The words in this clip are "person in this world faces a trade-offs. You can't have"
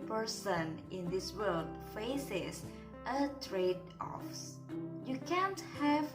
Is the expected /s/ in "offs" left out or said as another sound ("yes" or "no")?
no